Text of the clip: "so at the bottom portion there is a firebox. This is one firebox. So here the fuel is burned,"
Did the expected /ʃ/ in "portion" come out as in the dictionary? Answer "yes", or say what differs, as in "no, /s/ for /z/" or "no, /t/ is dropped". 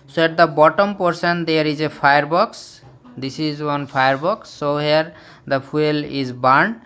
no, /s/ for /ʃ/